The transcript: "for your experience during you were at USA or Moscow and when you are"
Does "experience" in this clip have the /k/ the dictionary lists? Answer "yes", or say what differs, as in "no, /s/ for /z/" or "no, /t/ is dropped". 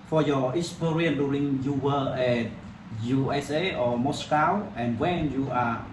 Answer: no, /k/ is dropped